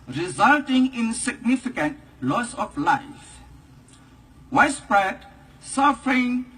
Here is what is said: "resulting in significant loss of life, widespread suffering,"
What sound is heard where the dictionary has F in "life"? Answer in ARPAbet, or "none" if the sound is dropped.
F